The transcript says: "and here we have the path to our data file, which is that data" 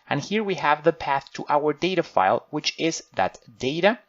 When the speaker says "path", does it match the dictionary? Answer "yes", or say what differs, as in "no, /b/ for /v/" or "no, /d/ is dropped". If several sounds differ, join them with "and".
yes